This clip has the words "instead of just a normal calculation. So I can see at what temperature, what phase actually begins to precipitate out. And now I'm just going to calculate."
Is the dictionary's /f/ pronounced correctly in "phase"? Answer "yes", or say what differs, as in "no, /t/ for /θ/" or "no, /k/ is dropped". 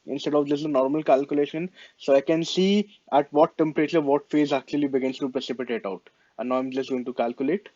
yes